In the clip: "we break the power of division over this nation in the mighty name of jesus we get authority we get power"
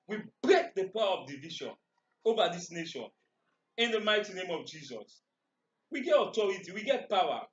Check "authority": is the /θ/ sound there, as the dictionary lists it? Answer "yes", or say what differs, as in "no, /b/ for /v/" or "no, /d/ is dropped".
no, /t/ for /θ/